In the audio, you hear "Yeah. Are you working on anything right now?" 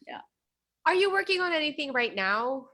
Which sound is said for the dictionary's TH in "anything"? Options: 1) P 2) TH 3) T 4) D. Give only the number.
2